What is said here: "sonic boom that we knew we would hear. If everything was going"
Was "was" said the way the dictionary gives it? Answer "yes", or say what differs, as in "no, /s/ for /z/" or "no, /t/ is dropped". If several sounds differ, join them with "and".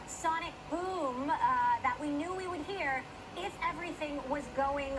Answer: yes